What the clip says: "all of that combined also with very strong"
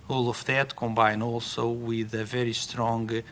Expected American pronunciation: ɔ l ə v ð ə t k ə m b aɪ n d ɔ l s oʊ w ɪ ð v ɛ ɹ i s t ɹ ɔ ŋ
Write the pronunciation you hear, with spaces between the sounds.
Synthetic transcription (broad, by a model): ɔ l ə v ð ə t k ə m b aɪ n ɔ l s oʊ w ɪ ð v ɛ ɹ i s t ɹ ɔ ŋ